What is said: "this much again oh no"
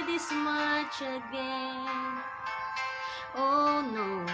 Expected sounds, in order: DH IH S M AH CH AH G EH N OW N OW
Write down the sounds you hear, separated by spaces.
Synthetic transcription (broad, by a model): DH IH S M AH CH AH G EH OW N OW